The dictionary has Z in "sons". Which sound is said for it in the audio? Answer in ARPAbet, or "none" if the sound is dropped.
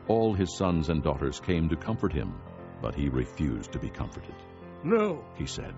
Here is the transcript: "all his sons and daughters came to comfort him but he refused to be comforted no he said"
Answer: Z